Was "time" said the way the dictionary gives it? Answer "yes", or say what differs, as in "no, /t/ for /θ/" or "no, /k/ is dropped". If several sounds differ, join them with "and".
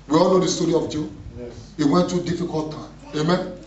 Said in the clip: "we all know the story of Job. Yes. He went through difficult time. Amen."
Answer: yes